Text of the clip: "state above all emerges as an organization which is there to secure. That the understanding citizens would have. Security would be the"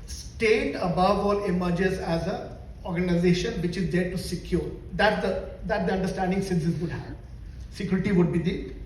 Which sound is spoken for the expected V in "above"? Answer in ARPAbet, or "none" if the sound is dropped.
V